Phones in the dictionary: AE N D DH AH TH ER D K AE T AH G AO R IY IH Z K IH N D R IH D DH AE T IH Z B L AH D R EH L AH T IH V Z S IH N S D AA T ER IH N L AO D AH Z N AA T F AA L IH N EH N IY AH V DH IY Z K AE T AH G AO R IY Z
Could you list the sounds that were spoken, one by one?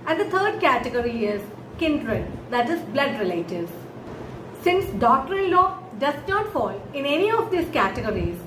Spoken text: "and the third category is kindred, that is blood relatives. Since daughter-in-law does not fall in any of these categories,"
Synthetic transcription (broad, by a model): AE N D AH T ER D K AE T AH G AO R IY IH Z K IH N D R IH D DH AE T IH Z B L AH D R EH L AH T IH Z S IH N S D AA T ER IH N L AO D AH Z N AA T F AA L IH N EH N IY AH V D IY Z K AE T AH G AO R IY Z